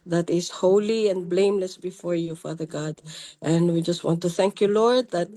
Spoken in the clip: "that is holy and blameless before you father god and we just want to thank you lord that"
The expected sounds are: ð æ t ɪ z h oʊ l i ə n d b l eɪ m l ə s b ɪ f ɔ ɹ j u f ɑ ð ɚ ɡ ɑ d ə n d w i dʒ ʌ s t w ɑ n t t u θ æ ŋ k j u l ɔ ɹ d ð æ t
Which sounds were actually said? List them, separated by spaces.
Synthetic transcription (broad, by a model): ð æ t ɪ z h oʊ l i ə n b l eɪ m l ə s b ɪ f ɔ ɹ j u f ɑ ð ɚ ɡ ɑ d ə n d w i dʒ ʌ s t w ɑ n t t u θ æ ŋ k j u l ɔ ɹ d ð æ t